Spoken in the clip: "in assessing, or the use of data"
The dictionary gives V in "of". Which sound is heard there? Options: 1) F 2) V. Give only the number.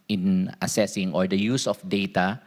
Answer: 1